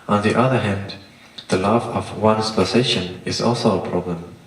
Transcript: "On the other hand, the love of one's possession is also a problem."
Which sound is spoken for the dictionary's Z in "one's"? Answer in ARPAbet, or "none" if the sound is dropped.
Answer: S